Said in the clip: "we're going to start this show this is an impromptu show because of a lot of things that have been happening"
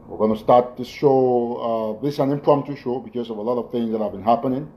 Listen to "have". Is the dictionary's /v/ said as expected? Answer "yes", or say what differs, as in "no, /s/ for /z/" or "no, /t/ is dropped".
yes